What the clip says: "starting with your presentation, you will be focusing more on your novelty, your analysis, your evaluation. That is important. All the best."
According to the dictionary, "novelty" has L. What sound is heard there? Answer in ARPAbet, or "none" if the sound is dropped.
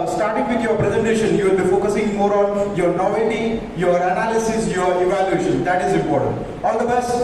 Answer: none